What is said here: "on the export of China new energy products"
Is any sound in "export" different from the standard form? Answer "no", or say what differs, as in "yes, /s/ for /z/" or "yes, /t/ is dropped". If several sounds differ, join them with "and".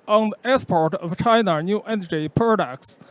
yes, /k/ is dropped